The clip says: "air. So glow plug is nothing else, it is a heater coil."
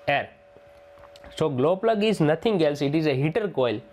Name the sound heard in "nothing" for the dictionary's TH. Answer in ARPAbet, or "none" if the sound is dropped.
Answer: T